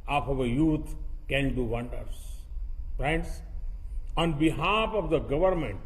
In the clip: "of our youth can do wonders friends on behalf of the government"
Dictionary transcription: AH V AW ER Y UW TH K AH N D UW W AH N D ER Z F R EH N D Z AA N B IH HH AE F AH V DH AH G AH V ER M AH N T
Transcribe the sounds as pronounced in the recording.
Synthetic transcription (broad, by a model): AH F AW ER Y UW T K AH N D UW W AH N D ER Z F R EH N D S AA N B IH HH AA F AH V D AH G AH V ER M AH N T